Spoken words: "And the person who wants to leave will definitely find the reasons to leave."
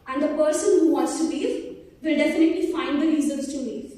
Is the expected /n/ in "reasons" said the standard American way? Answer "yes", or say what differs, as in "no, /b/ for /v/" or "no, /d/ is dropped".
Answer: no, /l/ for /n/